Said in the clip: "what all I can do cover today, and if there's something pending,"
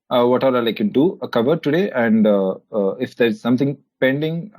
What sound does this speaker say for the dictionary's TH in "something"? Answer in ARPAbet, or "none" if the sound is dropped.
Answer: T